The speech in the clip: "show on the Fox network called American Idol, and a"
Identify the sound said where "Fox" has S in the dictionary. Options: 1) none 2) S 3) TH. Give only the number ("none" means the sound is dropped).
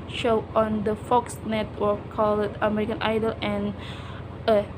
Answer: 2